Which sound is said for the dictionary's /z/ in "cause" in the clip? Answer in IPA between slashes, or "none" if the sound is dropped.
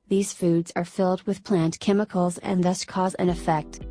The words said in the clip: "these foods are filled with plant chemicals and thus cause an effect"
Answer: /z/